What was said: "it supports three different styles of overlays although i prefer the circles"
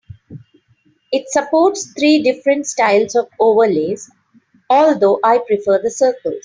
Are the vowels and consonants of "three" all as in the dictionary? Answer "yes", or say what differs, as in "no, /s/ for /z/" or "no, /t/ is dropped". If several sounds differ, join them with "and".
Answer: no, /t/ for /θ/